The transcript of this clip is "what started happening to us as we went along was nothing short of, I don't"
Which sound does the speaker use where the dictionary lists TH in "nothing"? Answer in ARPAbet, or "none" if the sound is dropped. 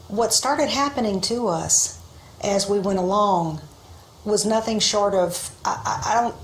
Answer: TH